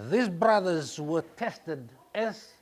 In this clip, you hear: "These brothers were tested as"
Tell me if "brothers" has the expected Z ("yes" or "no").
yes